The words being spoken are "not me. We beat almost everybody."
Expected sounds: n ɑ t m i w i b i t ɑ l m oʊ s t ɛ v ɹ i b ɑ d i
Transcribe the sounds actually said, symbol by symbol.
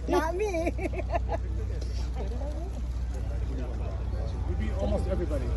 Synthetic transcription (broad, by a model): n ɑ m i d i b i ɑ l m oʊ s t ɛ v ɹ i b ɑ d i